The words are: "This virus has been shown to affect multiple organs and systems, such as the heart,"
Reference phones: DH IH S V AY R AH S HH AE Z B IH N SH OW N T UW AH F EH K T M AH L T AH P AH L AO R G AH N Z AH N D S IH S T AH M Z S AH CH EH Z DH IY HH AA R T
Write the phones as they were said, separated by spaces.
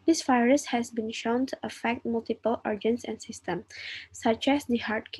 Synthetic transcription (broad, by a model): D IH S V AY R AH S HH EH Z B IH N SH OW N T UW AH F EH K T M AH L T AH P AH L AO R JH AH N S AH N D S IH S T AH M S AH CH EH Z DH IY HH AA R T